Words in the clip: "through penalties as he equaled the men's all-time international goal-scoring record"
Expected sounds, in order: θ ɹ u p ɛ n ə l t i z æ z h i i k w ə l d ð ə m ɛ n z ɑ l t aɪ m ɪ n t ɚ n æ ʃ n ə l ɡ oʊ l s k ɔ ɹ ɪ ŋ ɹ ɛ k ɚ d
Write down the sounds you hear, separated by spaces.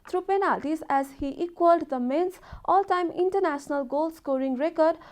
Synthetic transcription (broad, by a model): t ɹ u p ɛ n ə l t i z æ z h i i k w ə l d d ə m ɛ n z ɑ l t aɪ m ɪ n t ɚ n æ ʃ n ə l ɡ oʊ l s k ɔ ɹ ɪ ŋ ɹ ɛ k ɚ d